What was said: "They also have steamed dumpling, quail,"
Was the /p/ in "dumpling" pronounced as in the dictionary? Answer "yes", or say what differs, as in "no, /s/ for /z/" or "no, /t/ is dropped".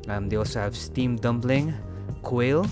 no, /b/ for /p/